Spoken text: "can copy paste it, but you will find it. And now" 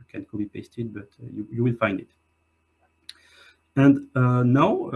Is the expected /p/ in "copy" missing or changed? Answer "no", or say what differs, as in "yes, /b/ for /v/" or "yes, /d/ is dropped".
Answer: yes, /b/ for /p/